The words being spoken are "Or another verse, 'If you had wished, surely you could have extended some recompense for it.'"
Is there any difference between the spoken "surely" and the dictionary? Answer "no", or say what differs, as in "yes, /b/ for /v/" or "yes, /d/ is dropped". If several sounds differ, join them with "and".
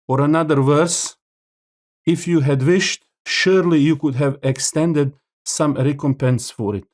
no